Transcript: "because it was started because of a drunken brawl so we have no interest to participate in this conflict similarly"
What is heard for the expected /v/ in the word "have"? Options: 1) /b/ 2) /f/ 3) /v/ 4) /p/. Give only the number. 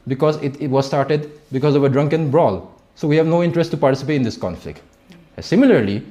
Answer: 3